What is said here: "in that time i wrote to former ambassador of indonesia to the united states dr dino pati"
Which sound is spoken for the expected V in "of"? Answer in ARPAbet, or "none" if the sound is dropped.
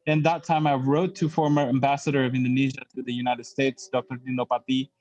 V